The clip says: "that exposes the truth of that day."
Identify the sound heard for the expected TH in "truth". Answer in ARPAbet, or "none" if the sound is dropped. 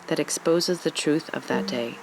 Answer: TH